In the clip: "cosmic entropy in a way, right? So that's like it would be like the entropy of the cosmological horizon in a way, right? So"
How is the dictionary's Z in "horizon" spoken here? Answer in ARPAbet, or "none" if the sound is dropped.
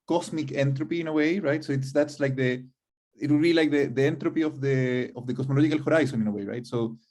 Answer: S